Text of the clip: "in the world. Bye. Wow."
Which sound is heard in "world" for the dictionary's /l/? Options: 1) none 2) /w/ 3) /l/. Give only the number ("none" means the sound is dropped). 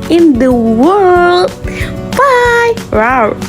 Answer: 3